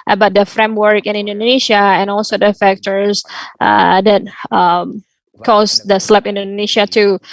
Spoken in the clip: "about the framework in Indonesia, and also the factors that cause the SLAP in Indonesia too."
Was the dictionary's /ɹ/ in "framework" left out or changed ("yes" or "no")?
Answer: no